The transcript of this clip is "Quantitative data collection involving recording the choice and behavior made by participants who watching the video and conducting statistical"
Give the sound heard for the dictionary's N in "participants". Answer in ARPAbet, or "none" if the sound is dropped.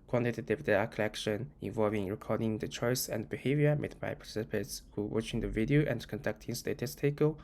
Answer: none